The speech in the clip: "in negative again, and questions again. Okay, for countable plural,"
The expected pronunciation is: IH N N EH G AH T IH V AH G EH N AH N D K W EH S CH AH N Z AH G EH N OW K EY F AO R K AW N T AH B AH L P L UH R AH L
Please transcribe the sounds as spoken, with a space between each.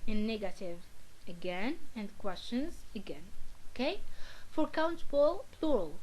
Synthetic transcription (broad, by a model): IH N N EH G AH T IH V AH G EH N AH N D K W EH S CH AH N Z AH G EH N OW K EY F AO R K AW N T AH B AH L P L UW R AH L